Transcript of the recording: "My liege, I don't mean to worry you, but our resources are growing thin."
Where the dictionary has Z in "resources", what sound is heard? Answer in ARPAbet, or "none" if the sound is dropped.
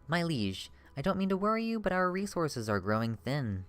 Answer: Z